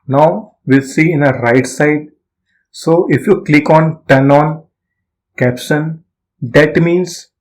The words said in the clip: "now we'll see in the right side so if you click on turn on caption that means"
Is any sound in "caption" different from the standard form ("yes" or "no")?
yes